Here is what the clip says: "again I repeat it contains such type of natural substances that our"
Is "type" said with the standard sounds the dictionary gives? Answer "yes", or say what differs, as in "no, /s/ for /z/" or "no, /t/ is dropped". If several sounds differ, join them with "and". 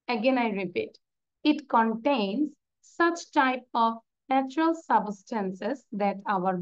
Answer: yes